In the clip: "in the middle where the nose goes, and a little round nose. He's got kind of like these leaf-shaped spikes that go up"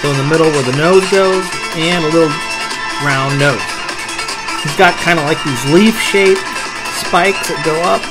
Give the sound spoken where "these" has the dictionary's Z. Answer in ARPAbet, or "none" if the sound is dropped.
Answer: Z